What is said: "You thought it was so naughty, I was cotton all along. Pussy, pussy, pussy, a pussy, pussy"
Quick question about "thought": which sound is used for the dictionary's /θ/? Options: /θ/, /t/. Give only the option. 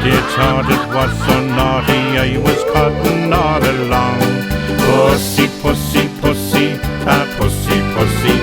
/t/